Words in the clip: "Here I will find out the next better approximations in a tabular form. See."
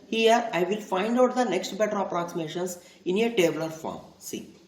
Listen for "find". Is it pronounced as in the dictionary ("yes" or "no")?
yes